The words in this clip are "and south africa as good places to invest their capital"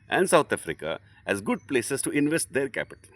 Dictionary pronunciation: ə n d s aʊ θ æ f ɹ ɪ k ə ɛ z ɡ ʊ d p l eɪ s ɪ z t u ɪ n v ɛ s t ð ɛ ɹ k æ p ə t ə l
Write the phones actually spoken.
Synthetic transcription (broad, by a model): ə n d s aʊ t æ f ɹ ɪ k ə ɛ z ɡ ʊ d p l eɪ s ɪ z t u ɪ n v ɛ s t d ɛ ɹ k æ p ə t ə l